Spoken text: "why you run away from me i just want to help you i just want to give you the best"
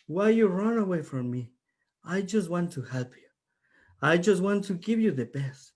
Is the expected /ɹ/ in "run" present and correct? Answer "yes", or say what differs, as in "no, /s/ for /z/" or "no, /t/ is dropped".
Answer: yes